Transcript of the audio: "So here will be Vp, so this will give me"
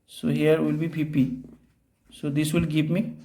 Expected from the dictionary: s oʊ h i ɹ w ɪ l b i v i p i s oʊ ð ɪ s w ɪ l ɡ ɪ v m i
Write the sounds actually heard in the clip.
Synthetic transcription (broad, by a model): s oʊ h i ɹ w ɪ l b i p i p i s oʊ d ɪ s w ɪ l ɡ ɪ p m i